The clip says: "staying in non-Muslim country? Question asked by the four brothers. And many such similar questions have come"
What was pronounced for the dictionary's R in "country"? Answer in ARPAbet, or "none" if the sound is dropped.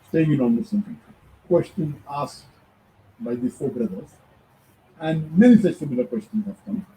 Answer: none